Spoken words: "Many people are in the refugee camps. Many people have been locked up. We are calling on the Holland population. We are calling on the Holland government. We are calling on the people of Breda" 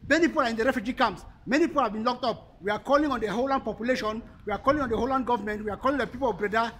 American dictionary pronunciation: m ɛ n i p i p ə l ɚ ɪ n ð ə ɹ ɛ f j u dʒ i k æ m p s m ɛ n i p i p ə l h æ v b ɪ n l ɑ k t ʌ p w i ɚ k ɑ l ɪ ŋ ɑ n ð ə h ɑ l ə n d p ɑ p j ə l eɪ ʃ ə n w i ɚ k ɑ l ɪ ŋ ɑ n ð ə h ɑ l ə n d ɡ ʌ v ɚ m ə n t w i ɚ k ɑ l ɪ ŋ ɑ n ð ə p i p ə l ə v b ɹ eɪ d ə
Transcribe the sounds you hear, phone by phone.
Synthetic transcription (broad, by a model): m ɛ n i p i p ə l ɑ ɪ n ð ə ɹ ɛ f j u dʒ i k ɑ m s m ɛ n i p i p ə l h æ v b ɪ n l ɑ k t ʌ p w i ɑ k ɑ l ɪ ŋ ɑ n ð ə h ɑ l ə n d p ɑ p j ə l eɪ ʃ ə n w i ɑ k ɑ l ɪ ŋ ɑ n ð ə h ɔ l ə n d ɡ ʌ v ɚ m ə n t w i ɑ k ɑ l ɪ ŋ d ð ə p i p ə l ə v b ɹ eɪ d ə